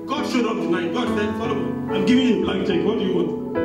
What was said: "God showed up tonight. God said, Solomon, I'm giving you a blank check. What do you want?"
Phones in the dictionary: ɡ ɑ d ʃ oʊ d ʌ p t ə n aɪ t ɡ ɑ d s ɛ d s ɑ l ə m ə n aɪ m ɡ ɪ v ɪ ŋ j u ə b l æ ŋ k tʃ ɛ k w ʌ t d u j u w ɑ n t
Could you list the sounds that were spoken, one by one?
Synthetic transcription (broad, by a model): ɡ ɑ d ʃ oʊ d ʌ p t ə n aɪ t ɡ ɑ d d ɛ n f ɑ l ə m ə aɪ m ɡ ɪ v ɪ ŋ j u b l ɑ k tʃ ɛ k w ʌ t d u j u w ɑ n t